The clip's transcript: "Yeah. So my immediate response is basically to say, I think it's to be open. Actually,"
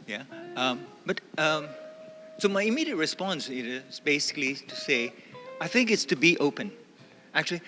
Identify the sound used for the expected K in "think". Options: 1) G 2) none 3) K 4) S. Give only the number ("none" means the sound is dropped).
3